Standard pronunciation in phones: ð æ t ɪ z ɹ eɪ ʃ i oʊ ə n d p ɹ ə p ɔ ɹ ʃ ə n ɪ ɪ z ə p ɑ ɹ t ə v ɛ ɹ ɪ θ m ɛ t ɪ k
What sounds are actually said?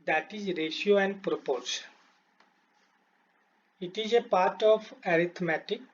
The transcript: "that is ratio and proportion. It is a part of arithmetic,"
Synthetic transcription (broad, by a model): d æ t ɪ z ɹ eɪ ʃ i oʊ ə n d p ɹ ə p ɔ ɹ s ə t ɪ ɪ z ə p ɑ ɹ t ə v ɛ ɹ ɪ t m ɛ t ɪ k